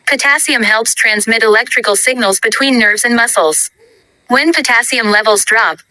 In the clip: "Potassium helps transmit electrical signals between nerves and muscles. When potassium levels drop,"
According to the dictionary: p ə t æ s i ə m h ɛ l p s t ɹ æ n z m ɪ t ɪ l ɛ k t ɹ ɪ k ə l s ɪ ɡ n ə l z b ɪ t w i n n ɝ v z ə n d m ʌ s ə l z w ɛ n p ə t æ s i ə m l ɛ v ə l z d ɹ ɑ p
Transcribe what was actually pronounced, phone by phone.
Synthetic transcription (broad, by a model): p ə t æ s i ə m h ɛ l p s t ɹ æ n z m ɪ t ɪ l ɛ k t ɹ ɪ k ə l s ɪ ɡ n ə l z b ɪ t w i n n ɝ v z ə n m ʌ s l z w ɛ n p ə t æ s i ə m l ɛ v l z d ɹ ɑ p